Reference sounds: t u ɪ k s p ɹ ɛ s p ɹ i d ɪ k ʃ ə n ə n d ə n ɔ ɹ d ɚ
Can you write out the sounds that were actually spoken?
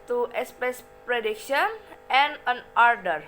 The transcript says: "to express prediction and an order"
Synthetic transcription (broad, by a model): t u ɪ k s p ɛ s p ɹ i d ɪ k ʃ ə n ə n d ə n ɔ ɹ d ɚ